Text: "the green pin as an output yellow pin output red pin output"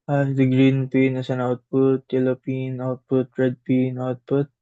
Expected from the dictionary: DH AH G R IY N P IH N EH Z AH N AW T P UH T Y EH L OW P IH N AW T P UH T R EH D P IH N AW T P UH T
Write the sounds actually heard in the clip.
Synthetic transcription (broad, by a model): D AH G R IY N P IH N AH S AH N AW T P UH T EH L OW P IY N AW T P UH T R EH D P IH N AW T P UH T